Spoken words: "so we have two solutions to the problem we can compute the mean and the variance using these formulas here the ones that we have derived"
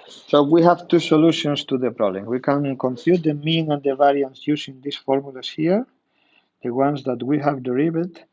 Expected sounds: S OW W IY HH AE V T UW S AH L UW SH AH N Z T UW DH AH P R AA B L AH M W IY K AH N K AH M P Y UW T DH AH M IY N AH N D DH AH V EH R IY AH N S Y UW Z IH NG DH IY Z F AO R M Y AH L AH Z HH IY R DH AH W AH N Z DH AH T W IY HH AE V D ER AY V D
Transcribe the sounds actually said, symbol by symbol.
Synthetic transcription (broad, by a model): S OW W IY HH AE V T UW S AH L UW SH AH N S T UW DH AH P R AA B L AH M W IY K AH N K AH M F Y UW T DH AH M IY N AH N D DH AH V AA R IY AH N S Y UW S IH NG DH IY S F AO R M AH L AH S HH IY R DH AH W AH N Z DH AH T W IY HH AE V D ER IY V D